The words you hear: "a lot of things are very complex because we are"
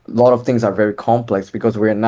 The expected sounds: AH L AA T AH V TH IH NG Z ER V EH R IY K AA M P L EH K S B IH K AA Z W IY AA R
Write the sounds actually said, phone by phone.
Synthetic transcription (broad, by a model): L AA T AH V T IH NG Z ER V EH R IY K AA M P L EH K S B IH K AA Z W IY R